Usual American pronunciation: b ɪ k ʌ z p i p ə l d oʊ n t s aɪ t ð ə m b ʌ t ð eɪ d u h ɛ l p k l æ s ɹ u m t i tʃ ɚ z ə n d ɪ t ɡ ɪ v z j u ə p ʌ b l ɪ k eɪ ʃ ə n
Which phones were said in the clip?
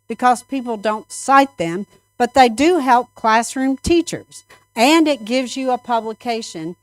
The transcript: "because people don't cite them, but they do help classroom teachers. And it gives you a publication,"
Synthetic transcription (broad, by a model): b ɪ k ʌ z p i p l d oʊ n t s aɪ t ð ə m b ʌ t ð eɪ d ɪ h ɛ l p k l æ s ɹ u m t i tʃ ɚ z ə n ɪ t ɡ ɪ v z j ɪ ə p ʌ b l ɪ k eɪ ʃ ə n